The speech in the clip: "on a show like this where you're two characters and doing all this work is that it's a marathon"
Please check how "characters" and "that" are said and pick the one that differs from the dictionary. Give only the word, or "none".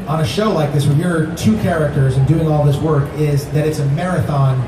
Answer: none